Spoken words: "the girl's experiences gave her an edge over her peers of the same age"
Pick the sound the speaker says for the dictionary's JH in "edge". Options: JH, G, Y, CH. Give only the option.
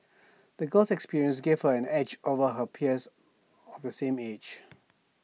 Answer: JH